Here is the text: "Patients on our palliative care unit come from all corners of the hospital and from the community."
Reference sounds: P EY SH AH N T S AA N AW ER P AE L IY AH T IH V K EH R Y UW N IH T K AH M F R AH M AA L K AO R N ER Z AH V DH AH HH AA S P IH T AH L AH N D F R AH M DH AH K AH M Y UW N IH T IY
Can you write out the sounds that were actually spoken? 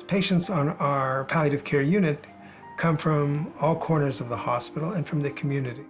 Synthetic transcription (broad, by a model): P EY SH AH N T S N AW ER P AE L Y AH T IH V K EH R Y UW N IH T K AH M F R AH M AA L K AO R N ER Z AH V DH AH HH AA S P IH T L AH N F R AH M DH AH K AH M Y UW N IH T IY